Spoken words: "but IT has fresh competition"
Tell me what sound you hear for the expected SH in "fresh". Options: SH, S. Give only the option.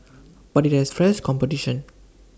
S